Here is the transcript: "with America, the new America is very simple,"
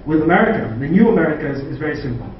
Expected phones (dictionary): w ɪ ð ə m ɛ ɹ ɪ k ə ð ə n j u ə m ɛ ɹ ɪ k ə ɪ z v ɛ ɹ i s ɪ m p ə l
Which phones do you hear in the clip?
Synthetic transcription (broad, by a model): w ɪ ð ə m ɛ ɹ ɪ k ə ð ə n j u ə m ɛ ɹ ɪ k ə ɪ z v ɛ ɹ i s ɪ m p l